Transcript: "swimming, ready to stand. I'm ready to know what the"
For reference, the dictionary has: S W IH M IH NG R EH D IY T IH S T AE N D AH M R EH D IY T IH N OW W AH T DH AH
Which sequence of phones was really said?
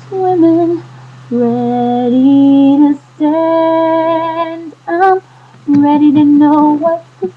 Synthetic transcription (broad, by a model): W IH M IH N R EH D IY T IH S T AE N D AH M R EH D IY T IH N OW W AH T